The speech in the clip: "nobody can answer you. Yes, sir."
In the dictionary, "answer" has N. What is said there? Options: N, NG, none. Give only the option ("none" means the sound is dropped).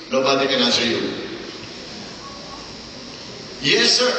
none